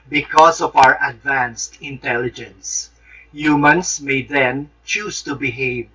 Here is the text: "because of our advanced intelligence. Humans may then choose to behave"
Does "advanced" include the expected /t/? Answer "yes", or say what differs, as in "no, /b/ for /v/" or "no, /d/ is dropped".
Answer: yes